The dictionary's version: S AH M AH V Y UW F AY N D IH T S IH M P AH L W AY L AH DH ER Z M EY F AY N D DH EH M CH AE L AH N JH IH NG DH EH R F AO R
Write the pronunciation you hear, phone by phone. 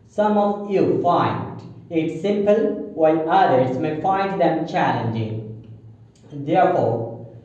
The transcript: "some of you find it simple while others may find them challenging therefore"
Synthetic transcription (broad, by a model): S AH M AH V Y UW F AY N D IH T S IH M P AH L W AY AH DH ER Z M EY F AY N D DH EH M CH AE L AH N JH IH NG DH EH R F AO R